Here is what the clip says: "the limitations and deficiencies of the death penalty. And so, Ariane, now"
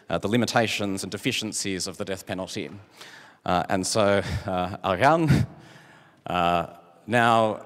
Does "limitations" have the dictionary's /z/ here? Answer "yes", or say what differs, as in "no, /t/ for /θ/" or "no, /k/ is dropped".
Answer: yes